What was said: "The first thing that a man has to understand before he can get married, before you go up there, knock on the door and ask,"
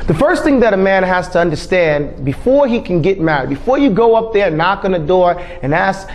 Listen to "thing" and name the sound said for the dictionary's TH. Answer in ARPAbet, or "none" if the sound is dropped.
TH